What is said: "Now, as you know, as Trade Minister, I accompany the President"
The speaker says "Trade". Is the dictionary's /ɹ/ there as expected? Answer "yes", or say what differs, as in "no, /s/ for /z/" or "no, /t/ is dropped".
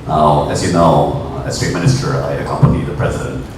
no, /ɹ/ is dropped